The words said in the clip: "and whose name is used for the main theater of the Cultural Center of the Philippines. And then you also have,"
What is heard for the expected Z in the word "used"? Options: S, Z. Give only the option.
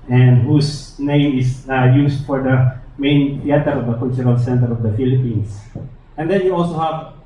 S